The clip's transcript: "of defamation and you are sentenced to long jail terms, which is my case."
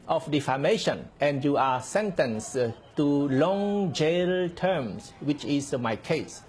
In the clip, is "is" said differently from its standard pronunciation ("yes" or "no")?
yes